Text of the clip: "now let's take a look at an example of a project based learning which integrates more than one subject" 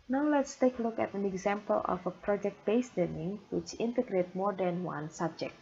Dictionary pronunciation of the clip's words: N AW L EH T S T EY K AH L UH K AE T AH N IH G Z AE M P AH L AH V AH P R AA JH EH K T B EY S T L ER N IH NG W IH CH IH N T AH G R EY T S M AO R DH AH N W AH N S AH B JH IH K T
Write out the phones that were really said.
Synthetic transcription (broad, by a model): N AW L EH T S T EY K AH L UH K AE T AH N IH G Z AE M P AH L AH F AH P R AA JH EH K T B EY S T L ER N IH NG W IH CH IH N T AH G R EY T M AO R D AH N W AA N S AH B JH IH K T